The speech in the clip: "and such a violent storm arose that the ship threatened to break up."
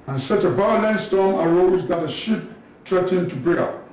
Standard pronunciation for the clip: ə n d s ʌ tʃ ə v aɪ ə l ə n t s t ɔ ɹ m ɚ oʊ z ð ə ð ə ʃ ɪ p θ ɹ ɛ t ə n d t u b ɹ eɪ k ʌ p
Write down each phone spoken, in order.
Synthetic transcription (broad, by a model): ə n s ʌ tʃ ə v aɪ ə l ə n t s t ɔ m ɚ oʊ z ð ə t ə ʃ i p t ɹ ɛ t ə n t u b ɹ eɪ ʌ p